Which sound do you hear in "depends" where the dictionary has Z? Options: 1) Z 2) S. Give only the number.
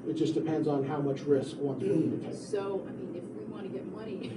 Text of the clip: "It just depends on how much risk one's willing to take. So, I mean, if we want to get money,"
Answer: 1